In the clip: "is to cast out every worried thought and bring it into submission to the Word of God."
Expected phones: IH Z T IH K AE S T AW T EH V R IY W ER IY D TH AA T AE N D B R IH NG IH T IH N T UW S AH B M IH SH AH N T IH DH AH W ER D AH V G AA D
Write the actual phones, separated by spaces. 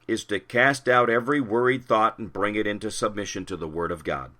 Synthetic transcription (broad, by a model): IH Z T IH K AE S T AW T EH V R IY W ER IY D TH AA T N B R IH NG IH T IH N T UW S AH B M IH SH AH N T IH DH AH W ER D AH V G AA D